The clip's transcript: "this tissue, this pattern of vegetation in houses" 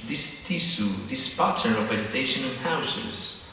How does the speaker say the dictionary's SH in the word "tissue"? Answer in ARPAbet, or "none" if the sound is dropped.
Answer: S